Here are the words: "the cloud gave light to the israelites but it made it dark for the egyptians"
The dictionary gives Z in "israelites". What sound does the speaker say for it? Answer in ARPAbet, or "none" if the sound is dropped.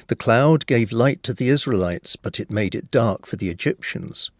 Z